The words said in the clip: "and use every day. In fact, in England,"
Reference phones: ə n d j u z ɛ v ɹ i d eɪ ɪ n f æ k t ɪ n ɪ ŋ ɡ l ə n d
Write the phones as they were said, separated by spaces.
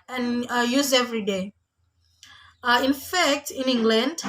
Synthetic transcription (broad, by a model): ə n j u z ɛ v ɹ i d eɪ ɪ n f æ k t ɪ n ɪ ŋ ɡ l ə n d